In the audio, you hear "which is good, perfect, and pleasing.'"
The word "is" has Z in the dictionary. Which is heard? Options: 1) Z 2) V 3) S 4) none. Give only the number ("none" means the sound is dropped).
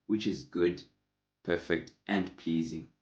1